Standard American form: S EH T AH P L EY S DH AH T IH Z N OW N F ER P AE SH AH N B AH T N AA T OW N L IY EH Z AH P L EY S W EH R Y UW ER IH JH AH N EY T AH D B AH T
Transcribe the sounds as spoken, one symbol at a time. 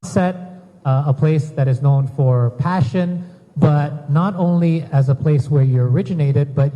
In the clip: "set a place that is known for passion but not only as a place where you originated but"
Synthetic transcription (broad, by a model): S EH T AH P L EY S DH AH T IH Z N OW N F ER P AE SH AH N B AH T N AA T OW N L IY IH Z AH P L EY S W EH R Y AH ER IH JH AH N EY T AH D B AH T